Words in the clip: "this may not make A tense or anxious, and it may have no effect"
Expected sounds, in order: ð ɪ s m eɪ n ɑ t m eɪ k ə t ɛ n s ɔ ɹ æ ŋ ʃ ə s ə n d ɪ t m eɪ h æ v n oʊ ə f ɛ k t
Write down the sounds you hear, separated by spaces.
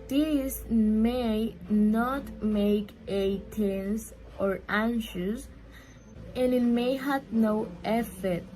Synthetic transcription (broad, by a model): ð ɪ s m eɪ n ɑ t m eɪ k ə t ɛ n s ɔ ɹ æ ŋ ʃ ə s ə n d ɪ t m eɪ h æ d n oʊ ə f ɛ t